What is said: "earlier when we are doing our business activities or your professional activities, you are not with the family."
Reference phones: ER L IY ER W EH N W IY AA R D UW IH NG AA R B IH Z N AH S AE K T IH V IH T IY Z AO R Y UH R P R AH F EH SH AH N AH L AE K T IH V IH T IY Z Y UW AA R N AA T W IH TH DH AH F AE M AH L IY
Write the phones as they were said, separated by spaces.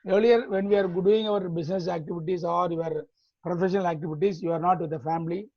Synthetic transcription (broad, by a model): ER L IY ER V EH N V IY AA R D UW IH NG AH R B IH S N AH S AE K T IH V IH T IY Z AO R Y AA R P R AH F EH SH AH N AH L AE K T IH V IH T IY S Y UW AA R N AA T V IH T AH F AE M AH L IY